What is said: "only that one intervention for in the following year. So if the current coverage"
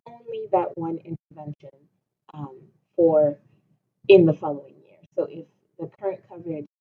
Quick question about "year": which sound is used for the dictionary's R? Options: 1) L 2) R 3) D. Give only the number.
2